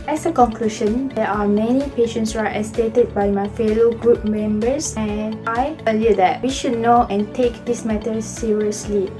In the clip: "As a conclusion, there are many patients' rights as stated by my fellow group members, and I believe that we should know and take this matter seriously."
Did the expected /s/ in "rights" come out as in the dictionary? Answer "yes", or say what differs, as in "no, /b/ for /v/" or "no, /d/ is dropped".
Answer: no, /s/ is dropped